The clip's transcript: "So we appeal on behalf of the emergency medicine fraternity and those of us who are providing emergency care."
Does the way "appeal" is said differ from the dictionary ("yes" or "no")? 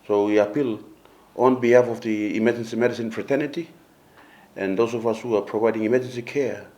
no